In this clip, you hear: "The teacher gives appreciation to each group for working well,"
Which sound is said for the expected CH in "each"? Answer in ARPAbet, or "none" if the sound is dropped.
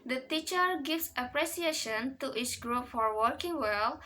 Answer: S